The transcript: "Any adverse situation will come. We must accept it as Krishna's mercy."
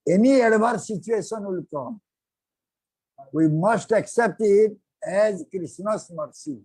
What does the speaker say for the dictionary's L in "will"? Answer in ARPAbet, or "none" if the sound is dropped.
L